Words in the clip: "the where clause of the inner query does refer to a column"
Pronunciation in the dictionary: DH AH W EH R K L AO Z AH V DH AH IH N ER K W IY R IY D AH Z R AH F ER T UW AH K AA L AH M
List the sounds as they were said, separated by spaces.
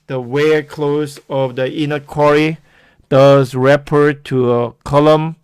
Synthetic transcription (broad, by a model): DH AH W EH K L AO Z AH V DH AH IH N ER K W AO R IY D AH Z R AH P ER T UW AH K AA L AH M